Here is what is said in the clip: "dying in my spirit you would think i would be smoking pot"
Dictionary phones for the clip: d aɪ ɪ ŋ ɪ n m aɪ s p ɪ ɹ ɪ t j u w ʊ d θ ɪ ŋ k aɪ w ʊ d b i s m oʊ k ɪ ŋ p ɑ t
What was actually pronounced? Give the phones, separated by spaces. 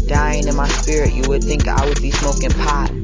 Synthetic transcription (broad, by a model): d aɪ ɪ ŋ ɪ n m aɪ s p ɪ ɹ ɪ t j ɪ w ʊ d θ ɪ ŋ k aɪ w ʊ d b i s m oʊ k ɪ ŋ p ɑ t